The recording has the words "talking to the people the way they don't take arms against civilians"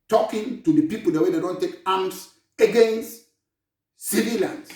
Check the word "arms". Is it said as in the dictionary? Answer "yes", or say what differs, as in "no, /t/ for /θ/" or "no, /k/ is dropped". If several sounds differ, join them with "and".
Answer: no, /s/ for /z/